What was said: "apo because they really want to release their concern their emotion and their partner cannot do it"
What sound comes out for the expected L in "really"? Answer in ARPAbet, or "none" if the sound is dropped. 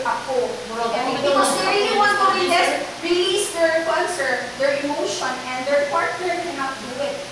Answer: none